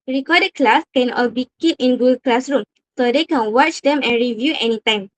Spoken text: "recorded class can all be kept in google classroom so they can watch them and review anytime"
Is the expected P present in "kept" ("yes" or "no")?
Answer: no